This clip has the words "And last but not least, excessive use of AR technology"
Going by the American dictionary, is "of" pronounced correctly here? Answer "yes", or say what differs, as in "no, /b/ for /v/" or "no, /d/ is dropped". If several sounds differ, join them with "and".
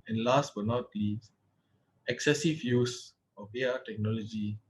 no, /b/ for /v/